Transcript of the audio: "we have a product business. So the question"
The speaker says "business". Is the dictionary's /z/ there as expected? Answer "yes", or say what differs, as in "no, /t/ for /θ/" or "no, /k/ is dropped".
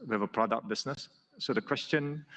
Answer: no, /s/ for /z/